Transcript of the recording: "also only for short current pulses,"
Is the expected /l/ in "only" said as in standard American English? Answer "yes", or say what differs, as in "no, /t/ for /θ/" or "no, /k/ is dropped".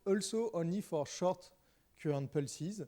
no, /l/ is dropped